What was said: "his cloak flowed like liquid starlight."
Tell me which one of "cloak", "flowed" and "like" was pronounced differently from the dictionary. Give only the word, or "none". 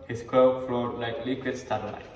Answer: cloak